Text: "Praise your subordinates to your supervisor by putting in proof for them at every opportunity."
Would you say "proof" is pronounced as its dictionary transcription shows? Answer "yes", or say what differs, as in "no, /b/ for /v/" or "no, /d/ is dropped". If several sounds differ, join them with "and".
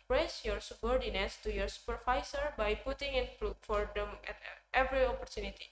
no, /ɹ/ is dropped